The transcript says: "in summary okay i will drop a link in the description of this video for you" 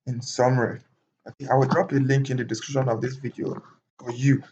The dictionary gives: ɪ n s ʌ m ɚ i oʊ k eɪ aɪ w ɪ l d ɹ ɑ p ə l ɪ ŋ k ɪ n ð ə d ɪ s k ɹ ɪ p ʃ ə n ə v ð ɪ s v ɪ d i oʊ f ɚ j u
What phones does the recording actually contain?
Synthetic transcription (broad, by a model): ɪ n s ʌ m ɚ i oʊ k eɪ aɪ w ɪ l d ɹ ɑ p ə l ɪ ŋ k ɪ n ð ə d ɪ s k ɹ ɪ p ʃ ə n ə v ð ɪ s v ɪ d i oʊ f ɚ j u